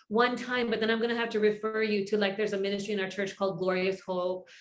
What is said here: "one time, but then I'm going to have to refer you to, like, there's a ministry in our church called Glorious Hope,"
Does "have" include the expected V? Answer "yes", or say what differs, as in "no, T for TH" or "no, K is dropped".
no, F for V